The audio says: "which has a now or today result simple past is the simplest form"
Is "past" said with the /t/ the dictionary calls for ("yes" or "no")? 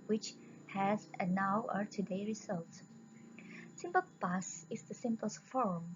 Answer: no